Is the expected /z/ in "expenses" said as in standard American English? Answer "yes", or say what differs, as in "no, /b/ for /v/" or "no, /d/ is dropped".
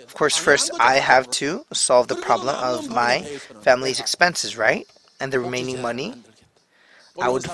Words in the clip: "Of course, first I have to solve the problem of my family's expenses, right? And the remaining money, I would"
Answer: yes